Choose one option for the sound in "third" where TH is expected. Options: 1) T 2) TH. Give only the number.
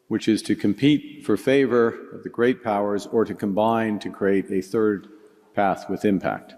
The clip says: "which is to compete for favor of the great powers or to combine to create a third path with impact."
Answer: 2